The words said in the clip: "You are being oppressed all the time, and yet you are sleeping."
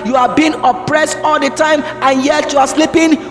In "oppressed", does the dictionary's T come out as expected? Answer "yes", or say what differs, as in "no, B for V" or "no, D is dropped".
yes